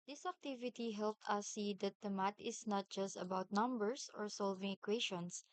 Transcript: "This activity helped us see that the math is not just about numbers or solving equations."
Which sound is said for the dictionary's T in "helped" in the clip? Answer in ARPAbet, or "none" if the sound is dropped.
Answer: T